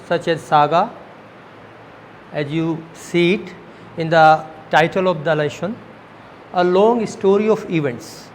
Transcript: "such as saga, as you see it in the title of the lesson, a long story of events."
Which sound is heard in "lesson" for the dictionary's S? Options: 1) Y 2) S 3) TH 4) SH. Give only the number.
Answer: 4